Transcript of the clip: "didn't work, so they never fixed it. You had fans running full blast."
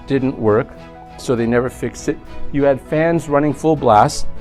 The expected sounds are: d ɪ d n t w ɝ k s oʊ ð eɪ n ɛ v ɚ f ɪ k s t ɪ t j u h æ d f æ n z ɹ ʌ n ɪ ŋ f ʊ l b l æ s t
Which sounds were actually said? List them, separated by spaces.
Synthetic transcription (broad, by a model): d ɪ d n t w ɝ k s oʊ ð eɪ n ɛ v ɚ f ɪ k s t ɪ t j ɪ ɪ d f æ n z ɹ ʌ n ɪ ŋ f ʊ l b l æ s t